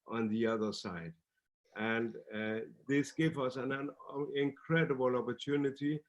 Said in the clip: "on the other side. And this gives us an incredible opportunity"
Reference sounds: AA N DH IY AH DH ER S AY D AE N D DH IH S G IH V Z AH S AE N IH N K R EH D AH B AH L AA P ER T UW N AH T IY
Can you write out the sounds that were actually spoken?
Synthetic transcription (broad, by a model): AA N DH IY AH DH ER S AY D AE N D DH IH S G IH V AH S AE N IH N K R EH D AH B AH L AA P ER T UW N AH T IY